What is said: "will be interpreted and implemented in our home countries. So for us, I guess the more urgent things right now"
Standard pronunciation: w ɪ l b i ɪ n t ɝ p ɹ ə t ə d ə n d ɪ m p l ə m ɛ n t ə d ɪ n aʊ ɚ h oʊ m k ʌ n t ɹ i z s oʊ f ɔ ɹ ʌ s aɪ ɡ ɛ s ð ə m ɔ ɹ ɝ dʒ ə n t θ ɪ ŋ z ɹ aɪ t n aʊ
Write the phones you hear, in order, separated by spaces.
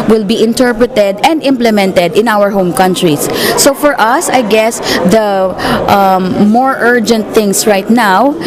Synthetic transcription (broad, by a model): w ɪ l b i ɪ n t ɝ p ɹ ə t ə d ə n d ɪ m p l ə m ɛ n t ə d ɪ n aʊ ɚ h oʊ m k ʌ n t ɹ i s oʊ f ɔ ɹ ʌ s aɪ ɡ ɛ s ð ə m ɔ ɹ ɝ dʒ ə n t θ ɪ ŋ s ɹ aɪ t n aʊ